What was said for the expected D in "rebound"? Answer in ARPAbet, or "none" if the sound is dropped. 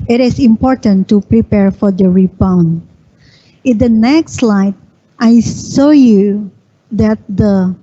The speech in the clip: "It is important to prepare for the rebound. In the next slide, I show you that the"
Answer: none